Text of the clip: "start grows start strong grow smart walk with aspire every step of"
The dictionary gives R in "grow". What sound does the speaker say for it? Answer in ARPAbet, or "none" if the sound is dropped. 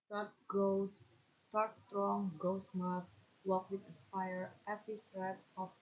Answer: none